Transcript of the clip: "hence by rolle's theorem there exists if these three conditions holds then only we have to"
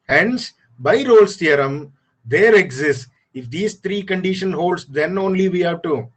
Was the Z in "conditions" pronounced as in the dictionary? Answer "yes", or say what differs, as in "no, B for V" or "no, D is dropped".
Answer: no, Z is dropped